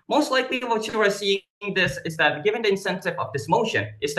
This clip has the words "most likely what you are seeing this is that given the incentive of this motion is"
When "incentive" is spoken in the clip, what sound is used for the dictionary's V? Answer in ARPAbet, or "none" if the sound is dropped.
V